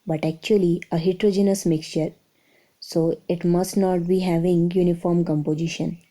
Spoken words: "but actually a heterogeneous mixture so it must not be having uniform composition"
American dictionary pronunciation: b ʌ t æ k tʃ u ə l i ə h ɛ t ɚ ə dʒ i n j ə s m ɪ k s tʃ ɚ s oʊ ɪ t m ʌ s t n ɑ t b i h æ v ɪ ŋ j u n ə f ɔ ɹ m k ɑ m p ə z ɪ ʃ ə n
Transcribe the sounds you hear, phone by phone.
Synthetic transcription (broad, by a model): b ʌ t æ k tʃ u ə l i ə h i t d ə dʒ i n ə s m ɪ k s tʃ ɚ s oʊ ɪ t m ʌ s t n ɑ t b i h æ v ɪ ŋ j u n ə f ɔ ɹ m k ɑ m p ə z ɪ ʃ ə n